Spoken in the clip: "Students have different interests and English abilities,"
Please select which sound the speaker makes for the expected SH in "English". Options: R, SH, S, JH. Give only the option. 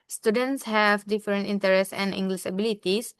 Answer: S